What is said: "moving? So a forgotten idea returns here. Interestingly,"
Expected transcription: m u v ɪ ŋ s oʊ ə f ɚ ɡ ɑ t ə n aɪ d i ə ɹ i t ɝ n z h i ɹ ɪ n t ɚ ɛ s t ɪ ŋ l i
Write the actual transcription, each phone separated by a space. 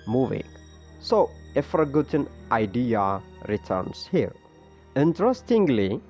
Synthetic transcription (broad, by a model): m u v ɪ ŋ s oʊ ə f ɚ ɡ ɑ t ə n aɪ d i ə ɹ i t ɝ n s h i l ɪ n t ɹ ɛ s t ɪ ŋ l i